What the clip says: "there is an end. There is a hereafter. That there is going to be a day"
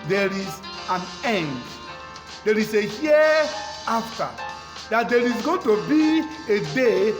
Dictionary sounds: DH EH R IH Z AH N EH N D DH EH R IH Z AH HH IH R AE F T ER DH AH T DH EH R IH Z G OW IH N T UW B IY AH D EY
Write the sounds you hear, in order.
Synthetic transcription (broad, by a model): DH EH R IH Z AH N EH N D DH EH R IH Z AH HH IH AA F T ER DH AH T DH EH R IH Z G OW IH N T UW B IY AH D EY